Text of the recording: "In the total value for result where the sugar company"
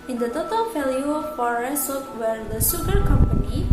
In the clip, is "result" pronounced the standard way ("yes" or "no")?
no